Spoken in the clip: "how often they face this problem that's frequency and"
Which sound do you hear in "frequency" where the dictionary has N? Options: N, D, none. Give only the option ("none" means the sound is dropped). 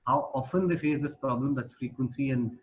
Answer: N